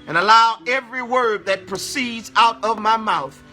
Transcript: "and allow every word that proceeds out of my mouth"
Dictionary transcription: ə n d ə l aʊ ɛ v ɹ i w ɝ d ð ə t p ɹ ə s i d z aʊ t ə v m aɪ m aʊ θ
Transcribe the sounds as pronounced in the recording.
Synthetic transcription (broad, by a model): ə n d ə l aʊ ɛ v ɹ i w ɝ d ð ə t p ɹ ə s i d z aʊ t ə v m aɪ m aʊ θ